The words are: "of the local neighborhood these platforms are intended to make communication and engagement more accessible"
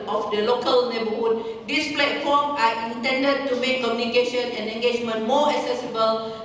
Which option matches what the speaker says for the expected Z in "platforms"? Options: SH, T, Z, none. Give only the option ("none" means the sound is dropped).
none